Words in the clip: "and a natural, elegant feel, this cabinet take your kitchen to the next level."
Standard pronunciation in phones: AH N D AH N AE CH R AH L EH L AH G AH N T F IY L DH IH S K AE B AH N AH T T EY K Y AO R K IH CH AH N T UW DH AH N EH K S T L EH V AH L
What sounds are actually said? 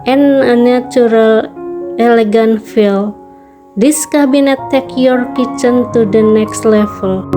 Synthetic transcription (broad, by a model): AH N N AH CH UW R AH L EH L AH G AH N F IY L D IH S K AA B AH N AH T T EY K Y AO R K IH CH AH N T UW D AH N EH K S T L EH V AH L